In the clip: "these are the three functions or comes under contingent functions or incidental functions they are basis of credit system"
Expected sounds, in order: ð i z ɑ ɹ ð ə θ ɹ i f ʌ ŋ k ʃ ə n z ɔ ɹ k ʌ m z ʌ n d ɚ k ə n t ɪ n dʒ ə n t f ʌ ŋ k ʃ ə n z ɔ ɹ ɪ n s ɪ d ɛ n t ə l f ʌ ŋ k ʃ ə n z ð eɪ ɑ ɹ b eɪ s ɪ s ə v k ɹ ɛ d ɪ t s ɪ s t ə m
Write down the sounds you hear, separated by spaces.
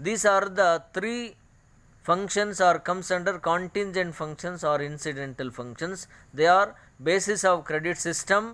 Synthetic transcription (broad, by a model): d i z ɑ ɹ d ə t ɹ i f ʌ ŋ k ʃ ə n s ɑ ɹ k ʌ m s ʌ n d ɚ k ə n t ɪ n dʒ ə n t f ʌ ŋ k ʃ ə n s ɔ ɹ ɪ n s ɪ d ɛ n t ə l f ʌ ŋ k ʃ ə n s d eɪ ɑ ɹ b eɪ s ɪ s ə v k ɹ ɛ d ɪ t s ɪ s t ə m